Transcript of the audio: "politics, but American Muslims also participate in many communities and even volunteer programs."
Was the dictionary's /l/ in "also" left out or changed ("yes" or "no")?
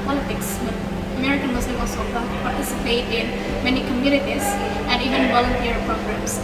yes